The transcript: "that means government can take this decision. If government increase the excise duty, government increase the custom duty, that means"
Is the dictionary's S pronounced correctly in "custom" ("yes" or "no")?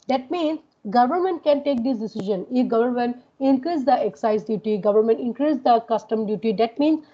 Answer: yes